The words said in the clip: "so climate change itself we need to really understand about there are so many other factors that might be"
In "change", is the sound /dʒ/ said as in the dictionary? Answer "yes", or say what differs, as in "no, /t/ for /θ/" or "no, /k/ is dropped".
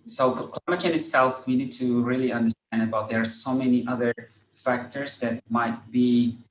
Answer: no, /dʒ/ is dropped